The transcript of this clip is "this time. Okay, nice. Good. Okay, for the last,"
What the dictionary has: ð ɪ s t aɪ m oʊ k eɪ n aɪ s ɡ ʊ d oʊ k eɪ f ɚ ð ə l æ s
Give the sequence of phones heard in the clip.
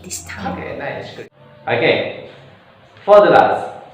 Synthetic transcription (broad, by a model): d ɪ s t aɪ oʊ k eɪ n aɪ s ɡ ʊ oʊ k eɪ f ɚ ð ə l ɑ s